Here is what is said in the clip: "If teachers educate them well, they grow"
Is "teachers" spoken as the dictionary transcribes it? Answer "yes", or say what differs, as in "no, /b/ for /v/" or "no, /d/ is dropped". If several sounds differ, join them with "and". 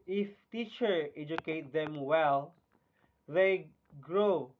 no, /z/ is dropped